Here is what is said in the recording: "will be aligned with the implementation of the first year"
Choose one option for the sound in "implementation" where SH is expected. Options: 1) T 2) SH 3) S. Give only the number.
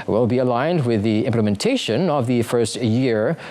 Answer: 2